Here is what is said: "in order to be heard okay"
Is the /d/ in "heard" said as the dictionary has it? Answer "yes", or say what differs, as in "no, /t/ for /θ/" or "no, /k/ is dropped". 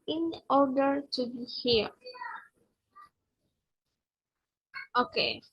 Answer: no, /d/ is dropped